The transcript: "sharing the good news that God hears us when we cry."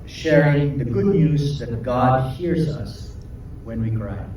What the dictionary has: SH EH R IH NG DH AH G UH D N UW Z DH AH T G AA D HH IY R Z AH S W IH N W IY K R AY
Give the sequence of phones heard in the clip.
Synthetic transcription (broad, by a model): SH EH R IH NG DH AH G UH D N UW Z DH AH T G AA D HH IY R Z AH S W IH N W IY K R AY